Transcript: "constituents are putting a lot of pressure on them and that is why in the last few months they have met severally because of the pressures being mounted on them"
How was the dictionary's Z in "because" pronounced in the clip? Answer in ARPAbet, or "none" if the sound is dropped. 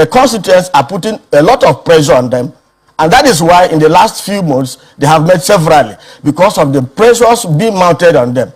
S